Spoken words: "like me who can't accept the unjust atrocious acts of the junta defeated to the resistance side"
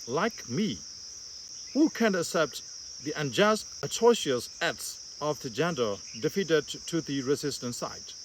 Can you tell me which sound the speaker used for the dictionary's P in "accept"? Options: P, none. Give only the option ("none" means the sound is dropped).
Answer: P